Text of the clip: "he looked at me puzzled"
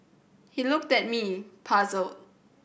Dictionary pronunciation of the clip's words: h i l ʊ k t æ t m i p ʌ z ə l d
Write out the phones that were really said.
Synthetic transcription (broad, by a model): h i l ʊ k t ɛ t m i p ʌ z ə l